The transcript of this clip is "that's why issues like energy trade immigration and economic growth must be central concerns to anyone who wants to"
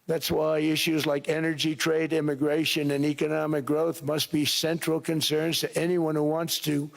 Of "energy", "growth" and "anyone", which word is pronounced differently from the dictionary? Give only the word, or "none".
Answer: none